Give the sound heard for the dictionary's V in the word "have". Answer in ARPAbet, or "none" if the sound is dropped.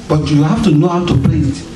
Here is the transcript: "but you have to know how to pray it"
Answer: F